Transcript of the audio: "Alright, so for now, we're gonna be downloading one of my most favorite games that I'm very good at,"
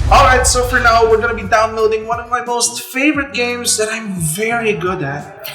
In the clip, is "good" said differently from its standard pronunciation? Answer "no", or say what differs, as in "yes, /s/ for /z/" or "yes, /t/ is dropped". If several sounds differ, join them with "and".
no